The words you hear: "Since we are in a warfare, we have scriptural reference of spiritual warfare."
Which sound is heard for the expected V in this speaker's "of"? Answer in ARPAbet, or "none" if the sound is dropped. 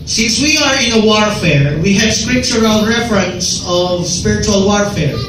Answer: V